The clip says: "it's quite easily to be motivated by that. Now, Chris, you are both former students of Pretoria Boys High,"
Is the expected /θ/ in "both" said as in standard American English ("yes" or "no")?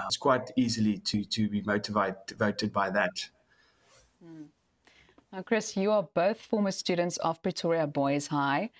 yes